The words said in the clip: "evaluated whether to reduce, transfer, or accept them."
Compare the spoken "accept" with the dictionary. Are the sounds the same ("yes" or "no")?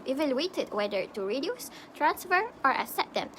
no